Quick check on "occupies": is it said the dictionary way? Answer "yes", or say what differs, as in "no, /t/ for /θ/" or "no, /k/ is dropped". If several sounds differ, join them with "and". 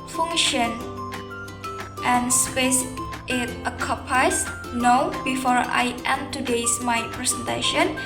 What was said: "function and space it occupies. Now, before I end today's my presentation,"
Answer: no, /s/ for /z/